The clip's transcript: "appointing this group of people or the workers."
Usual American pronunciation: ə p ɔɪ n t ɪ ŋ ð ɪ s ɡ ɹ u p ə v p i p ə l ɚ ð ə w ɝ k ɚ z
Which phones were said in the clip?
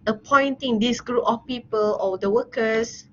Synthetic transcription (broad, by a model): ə p ɔɪ n t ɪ ŋ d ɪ s ɡ ɹ u p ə f p i p ə l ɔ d ə w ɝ k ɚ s